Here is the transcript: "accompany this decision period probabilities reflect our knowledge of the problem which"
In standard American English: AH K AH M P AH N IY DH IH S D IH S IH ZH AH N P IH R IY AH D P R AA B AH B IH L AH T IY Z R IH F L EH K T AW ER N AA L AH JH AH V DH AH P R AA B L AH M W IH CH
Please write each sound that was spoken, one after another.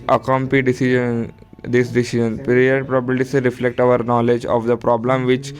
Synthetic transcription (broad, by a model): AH K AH M P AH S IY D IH S D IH S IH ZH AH N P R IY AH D P R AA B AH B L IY S R IH F L EH K T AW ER N AA L AH JH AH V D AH P R AA B L AH M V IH CH